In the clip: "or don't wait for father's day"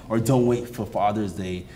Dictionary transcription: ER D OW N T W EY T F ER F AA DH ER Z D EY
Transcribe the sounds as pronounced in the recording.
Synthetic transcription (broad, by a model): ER D OW N T W EY T F ER F AA DH ER Z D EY